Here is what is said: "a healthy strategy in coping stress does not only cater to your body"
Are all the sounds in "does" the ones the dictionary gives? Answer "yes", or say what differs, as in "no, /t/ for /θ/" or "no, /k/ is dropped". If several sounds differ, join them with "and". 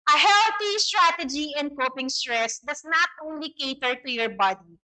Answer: no, /s/ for /z/